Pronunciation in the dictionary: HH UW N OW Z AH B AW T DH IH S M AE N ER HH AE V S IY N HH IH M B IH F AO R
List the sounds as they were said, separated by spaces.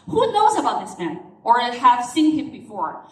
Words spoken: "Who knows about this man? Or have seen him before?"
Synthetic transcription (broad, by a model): HH UW N OW Z AH B AW T DH IH S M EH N ER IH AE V S IY N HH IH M B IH F AO R